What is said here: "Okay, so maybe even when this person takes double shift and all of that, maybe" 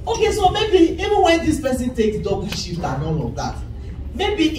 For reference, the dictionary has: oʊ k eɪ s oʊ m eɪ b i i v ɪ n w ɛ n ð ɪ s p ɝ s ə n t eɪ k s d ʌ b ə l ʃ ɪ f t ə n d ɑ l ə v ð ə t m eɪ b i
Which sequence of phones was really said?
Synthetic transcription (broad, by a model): oʊ k eɪ s oʊ m eɪ b i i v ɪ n w ɛ n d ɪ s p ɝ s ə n t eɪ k d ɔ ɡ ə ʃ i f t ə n ɑ l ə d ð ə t m eɪ b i